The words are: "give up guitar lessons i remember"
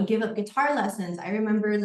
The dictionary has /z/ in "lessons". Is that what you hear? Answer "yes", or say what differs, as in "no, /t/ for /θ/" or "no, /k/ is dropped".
yes